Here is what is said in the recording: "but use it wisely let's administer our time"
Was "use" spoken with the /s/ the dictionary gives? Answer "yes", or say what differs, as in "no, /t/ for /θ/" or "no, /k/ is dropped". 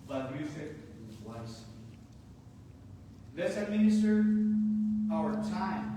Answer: no, /θ/ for /s/